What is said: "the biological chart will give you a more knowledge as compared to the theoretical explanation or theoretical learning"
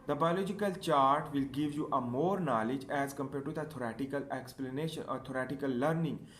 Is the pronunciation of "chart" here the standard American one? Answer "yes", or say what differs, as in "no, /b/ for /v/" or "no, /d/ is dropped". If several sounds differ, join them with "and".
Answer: yes